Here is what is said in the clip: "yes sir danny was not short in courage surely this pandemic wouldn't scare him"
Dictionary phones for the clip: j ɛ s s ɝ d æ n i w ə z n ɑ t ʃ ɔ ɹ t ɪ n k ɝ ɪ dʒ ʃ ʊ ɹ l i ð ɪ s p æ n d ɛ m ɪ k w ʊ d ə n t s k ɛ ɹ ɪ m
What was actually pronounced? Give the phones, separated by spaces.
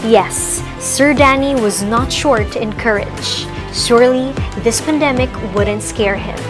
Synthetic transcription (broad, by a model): j ɛ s s ɝ d æ n i w ə z n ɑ t ʃ ɔ ɹ t ɪ n k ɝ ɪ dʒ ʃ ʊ ɹ l i ð ɪ s p æ n d ɛ m ɪ k w ʊ d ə n t s k ɛ ɹ ɪ m